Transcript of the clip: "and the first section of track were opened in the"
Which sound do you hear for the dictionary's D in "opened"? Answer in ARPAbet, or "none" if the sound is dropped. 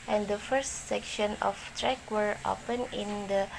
none